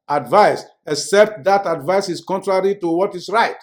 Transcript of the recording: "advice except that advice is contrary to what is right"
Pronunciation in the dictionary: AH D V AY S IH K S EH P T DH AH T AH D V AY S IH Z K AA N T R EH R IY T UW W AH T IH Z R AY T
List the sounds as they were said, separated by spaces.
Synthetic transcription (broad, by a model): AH D V AY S IH K S EH P T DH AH T AH D V AY S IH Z K AA N T R EH R IY T UW W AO T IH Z R AY T